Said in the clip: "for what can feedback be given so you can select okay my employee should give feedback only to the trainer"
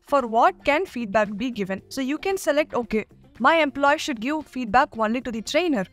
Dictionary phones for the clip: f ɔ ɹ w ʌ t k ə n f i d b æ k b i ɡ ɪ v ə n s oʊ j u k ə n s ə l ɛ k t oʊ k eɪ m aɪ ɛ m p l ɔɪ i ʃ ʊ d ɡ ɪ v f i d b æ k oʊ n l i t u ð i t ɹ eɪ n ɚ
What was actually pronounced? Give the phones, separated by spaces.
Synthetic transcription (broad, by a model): f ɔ ɹ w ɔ t k ə n f i d b æ k b i ɡ ɪ v ə n s oʊ j u k ə n s ə l ɛ k t oʊ k eɪ m aɪ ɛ m p l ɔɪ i ʃ ʊ d ɡ ɪ v f i d b æ k oʊ n l i t u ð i t ɹ eɪ n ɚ